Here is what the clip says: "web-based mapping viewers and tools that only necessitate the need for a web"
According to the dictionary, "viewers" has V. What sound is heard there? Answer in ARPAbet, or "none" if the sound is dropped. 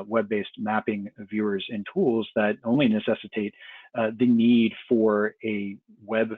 V